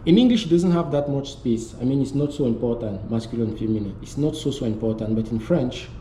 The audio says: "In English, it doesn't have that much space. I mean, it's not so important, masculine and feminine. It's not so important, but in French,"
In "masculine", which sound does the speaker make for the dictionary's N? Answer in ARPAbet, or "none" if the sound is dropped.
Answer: L